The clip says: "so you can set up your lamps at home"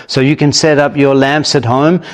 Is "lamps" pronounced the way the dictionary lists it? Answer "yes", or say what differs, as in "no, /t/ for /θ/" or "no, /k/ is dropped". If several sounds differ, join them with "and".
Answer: yes